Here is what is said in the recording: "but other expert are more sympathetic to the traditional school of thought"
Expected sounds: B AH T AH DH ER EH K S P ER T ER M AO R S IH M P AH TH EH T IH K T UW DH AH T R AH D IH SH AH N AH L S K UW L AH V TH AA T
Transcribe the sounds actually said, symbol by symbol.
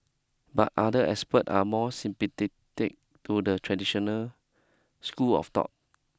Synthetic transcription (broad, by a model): B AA T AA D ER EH S P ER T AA M AO S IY M P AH T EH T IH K T UW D AH T R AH D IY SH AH N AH L S K UW L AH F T AA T